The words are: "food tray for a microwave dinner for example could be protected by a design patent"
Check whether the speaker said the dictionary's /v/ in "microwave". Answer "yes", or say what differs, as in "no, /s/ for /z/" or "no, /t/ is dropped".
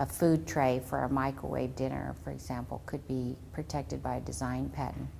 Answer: yes